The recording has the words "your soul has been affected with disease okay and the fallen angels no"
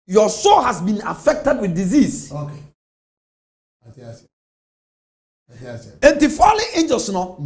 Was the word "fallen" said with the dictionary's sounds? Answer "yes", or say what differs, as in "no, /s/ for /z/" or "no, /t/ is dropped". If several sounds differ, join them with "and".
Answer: no, /n/ is dropped